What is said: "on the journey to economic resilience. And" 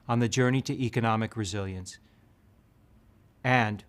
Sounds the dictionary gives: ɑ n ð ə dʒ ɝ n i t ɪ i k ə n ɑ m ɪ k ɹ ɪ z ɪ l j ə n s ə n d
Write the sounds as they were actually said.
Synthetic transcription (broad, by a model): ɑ n ð ə dʒ ɝ n i t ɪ i k ə n ɑ m ɪ k ɹ ɪ z ɪ l j ə n s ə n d